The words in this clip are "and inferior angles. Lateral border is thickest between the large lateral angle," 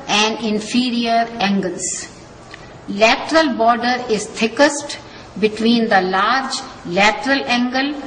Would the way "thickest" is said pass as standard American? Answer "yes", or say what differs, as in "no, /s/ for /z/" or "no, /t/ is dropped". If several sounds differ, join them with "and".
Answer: no, /t/ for /θ/